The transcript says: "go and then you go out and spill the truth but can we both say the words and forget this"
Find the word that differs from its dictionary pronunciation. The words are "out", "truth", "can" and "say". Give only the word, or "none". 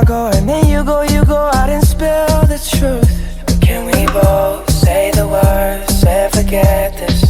none